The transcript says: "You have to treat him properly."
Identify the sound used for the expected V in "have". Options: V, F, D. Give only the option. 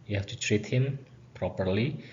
F